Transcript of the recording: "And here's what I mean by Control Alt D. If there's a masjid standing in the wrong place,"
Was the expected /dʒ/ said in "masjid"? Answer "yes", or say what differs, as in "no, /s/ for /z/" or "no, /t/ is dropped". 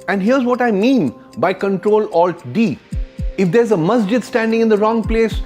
yes